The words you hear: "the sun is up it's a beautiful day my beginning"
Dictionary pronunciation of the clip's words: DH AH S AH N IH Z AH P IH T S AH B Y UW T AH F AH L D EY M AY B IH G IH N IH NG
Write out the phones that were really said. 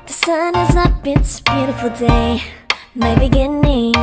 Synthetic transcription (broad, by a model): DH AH S AH N IH Z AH B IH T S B Y UW T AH F L D EY M AY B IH G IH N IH